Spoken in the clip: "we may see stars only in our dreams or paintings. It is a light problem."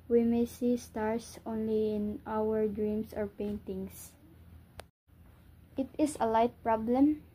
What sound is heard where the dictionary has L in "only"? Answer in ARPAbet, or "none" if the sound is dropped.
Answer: L